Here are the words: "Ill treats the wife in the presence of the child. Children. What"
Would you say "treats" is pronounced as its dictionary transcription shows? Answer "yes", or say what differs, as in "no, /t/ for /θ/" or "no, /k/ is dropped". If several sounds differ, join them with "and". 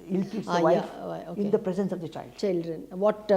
no, /ɹ/ is dropped